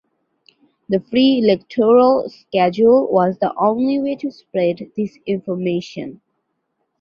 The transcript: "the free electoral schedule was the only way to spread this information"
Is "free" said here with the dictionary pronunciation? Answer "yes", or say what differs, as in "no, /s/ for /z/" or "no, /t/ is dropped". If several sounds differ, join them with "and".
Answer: yes